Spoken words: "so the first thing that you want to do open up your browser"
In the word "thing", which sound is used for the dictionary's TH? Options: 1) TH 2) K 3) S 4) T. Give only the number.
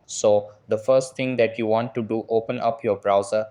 4